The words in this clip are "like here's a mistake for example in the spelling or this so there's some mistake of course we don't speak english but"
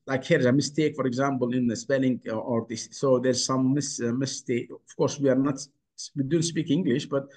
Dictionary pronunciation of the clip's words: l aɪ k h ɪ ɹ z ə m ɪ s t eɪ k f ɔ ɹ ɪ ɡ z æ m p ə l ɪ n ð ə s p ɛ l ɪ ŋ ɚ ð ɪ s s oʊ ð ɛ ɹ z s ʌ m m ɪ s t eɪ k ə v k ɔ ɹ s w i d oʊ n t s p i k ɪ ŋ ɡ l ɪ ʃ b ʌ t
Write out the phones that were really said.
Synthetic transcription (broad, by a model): l aɪ k h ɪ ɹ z ə m ɪ s t eɪ k f ɔ ɹ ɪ ɡ z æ m p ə l ɪ n ð ə s p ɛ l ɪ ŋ ɚ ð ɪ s s oʊ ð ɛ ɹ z s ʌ m m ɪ s t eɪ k ə v k ɔ ɹ s w i d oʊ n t s p i k ɪ ŋ ɡ l ɪ ʃ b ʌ t